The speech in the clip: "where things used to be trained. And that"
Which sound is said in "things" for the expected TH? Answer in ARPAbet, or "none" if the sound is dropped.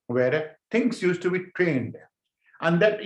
T